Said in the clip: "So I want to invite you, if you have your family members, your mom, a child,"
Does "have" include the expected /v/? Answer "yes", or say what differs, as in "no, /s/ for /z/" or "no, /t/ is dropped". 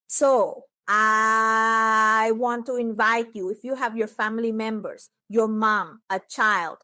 yes